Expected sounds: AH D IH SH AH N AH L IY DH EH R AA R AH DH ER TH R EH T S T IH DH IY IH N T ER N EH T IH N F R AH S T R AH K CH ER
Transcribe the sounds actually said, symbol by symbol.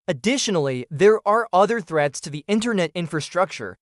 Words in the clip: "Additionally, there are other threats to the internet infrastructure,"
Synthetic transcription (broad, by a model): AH D IH SH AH N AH L IY DH EH R AA R AH DH ER TH R EH T S T IH DH IY IH N T ER N EH T IH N F R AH S T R AH K CH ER